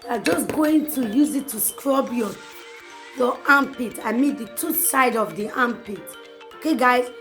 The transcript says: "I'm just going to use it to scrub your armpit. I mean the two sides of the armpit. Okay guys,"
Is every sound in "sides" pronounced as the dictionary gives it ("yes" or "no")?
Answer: no